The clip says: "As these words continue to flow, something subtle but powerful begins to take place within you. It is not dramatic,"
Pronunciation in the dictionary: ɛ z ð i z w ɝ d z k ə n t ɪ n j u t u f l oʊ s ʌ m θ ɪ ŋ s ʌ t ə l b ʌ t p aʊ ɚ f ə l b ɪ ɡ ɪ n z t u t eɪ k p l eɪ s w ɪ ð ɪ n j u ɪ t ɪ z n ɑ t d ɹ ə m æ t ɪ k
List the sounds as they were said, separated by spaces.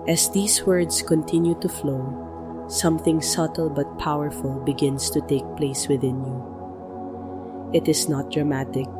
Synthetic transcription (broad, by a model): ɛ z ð i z w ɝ d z k ə n t ɪ n j u t u f l oʊ s ʌ m θ ɪ ŋ s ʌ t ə l b ʌ t p aʊ ɚ f ə l b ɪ ɡ ɪ n s t u t eɪ k p l eɪ s w ɪ ð ɪ n j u ɪ t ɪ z n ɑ t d ɹ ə m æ t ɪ k